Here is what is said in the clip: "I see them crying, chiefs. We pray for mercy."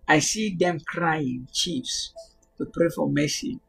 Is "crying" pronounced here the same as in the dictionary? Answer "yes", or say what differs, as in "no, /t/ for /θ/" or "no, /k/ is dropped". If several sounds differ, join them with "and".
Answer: yes